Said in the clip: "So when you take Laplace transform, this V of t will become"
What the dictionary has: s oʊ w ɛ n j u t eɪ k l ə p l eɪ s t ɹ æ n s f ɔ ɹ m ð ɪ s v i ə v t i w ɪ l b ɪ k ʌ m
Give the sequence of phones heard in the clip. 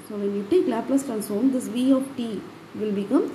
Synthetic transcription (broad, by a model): s oʊ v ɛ n j u t eɪ k l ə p l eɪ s t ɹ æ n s ɔ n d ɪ s v i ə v t i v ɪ l b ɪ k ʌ m